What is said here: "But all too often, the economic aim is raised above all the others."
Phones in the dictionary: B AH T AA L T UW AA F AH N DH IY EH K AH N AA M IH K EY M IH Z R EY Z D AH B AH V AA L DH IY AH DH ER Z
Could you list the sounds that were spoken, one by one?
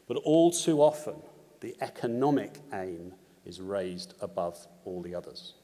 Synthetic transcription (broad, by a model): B AH T AA L T UW AA F AH N DH IY EH K AH N AA M IH K EY M IH Z R EY Z D AH B AH V AA L DH IY AH DH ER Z